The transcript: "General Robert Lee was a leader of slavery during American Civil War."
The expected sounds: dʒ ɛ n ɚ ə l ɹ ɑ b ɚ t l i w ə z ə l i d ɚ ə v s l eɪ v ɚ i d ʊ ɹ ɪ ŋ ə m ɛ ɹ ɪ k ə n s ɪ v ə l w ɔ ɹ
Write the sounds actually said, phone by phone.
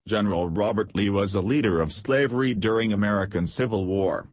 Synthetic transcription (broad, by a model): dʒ ɛ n ɚ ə l ɹ ɑ b ɚ t l i w ə z ə l i d ɚ ə v s l eɪ v ɚ i d ʊ ɹ ɪ ŋ ə m ɛ ɹ ɪ k ə n s ɪ v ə l w ɔ ɹ